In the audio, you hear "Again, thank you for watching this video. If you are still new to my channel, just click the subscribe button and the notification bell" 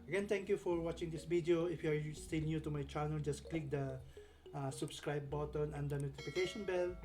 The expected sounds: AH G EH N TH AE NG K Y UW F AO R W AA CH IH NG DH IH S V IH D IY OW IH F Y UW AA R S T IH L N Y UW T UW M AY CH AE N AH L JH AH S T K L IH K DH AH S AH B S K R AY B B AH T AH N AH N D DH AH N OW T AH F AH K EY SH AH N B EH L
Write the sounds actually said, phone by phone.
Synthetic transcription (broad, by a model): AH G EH N T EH NG K Y UW F AO R W AA CH IH NG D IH S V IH D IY OW IH F Y UW AA R S T IH L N Y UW T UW M AY CH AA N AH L JH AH S K L IH K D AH S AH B S K R AY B B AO T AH N AH N D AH N OW T AH F AH K EY SH AH N B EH L